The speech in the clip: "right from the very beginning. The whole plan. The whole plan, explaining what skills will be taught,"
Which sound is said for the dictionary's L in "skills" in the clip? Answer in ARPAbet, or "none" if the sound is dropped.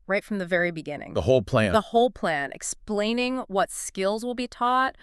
L